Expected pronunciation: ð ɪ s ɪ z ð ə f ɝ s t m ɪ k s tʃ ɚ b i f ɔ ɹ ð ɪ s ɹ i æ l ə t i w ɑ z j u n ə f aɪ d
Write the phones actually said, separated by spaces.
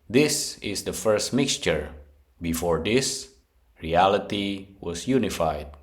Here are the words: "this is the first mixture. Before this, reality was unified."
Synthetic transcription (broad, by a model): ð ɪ s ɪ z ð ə f ɝ s t m ɪ k s tʃ ɚ b i f ɔ ɹ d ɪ s ɹ i æ l ə t i w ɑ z j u n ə f aɪ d